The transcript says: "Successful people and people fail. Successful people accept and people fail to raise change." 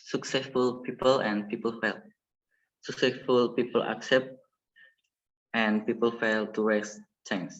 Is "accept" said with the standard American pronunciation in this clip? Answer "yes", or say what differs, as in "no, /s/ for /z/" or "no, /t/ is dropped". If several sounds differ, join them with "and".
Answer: yes